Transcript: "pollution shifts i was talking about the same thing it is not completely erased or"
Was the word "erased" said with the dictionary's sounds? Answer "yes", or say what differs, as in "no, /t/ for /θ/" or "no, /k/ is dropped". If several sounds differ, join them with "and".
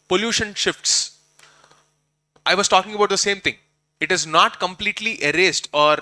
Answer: yes